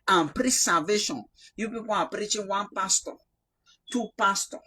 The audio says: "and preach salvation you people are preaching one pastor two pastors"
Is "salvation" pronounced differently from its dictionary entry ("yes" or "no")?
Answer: yes